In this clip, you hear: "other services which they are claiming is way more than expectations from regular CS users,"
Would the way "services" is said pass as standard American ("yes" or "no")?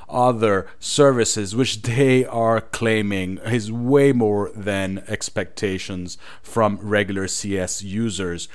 yes